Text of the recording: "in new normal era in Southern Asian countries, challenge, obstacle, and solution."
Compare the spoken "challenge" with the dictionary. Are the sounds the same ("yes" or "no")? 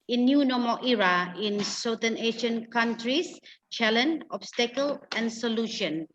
no